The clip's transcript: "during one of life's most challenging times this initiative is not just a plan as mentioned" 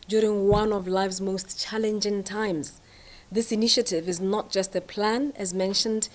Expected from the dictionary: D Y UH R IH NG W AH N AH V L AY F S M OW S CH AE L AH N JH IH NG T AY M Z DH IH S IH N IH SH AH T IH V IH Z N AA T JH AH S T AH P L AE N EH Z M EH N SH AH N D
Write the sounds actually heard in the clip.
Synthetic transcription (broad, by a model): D Y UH R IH NG W AH N AH V L AY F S M OW S CH AE L AH N JH IH NG T AY M Z DH IH S IH N IH SH AH T IH V IH Z N AA T JH AH S T AH P L AE N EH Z M EH N SH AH N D